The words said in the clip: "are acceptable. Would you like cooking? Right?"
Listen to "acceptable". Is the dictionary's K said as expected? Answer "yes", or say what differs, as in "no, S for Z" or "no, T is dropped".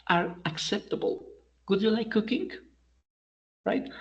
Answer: yes